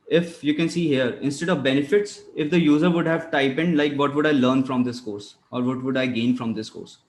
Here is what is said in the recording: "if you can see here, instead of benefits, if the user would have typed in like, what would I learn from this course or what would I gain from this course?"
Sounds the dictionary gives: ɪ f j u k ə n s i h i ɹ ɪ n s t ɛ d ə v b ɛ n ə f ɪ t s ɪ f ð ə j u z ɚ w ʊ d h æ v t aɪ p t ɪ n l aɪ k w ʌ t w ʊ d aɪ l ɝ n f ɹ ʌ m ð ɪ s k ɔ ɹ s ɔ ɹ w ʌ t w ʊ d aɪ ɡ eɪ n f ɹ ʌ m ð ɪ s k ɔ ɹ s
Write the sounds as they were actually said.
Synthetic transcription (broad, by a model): ɪ f j u k ə n s i h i ɹ ɪ n s t ɛ d ə v b ɛ n ə f ɪ t s ɪ f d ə j u z ɚ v ʊ d h æ v t aɪ p ɪ n l aɪ k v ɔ t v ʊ d aɪ l ɝ n f ɹ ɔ m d ɪ s k ɔ ɹ s ɔ ɹ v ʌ t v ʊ d aɪ ɡ eɪ n f ɹ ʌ m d ɪ s k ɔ ɹ s